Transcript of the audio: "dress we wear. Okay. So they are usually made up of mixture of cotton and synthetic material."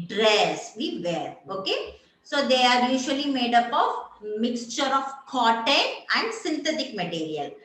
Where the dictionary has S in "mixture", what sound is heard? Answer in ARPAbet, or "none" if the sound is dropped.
S